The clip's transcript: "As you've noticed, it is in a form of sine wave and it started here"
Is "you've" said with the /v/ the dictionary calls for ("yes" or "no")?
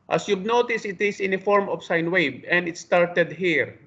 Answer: no